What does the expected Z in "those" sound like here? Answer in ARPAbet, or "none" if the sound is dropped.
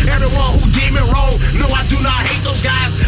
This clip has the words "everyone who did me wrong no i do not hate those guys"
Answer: Z